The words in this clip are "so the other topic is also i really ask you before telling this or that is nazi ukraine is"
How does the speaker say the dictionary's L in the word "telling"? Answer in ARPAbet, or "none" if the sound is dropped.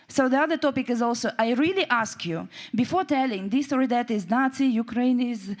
L